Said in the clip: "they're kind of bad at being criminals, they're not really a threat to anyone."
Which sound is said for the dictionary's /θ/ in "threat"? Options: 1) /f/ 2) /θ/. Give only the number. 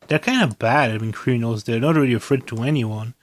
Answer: 1